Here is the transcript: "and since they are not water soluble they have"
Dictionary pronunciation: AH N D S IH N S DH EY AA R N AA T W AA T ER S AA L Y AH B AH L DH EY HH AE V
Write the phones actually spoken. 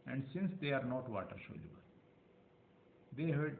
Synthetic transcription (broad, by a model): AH N D S IH N S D EY AA R N AA T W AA T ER SH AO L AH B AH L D EY HH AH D